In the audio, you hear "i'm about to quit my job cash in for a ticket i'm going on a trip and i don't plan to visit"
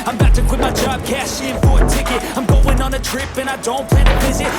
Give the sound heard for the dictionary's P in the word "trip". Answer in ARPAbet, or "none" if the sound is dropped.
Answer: P